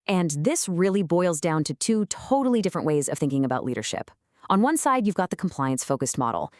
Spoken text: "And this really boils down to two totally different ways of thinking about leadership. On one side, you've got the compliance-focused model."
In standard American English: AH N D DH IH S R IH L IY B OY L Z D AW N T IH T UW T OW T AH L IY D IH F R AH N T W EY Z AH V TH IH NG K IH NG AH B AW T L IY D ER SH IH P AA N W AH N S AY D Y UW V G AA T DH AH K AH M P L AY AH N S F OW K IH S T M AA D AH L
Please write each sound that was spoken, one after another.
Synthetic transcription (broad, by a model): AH N DH IH S R IH L IY B OY L Z D AW N T IH T UW T OW T L IY D IH F R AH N T W EY Z AH V TH IH NG K IH NG AH B AW T L IY D ER SH IH P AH N W AH N S AY D Y UW V G AA T DH AH K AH M P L AY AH N S F OW K IH S T M AA D L